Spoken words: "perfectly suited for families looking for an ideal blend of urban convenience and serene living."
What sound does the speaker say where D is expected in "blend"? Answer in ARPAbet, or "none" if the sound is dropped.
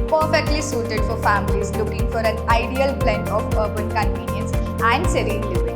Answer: none